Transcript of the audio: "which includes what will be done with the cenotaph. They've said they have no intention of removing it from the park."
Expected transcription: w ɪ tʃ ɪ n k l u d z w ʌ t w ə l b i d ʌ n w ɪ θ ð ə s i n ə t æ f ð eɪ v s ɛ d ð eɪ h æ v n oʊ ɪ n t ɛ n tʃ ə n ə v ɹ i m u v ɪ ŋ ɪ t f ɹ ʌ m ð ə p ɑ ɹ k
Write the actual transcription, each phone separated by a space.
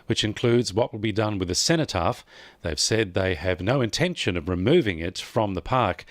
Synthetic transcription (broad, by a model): w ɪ tʃ ɪ n k l u d z w ʌ t w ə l b i d ʌ n w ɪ ð ə s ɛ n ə t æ f ð eɪ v s ɛ d ð eɪ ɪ v n oʊ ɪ n t ɛ n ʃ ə n ə v ɹ i m u v ɪ ŋ ɪ t f ɹ ʌ m ð ə p ɑ ɹ k